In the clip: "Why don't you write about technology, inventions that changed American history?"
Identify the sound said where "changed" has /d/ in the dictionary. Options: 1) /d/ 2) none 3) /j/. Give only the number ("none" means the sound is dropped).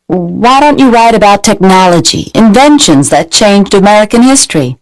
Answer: 1